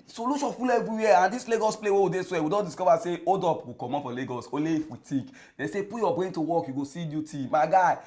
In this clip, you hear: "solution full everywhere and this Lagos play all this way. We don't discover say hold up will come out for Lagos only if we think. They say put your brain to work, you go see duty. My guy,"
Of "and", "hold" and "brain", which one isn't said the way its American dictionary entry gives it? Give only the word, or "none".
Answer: hold